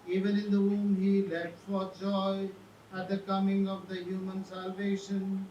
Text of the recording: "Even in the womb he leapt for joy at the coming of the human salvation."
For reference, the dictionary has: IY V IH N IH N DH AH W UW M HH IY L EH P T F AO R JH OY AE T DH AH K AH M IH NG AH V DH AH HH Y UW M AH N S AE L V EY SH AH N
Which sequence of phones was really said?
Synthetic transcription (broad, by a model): IY V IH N IH N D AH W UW M HH IY L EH T F AO R JH OY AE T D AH K AH M IH NG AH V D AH HH Y UW M AH N S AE L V EY SH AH N